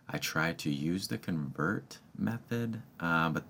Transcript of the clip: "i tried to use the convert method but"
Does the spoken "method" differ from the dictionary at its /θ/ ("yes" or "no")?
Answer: no